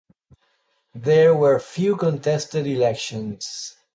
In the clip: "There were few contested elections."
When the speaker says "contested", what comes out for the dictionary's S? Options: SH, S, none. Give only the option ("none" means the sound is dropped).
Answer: S